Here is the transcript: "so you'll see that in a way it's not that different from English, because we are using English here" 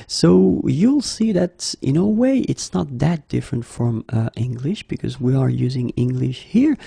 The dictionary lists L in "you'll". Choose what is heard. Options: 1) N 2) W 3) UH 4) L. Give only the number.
4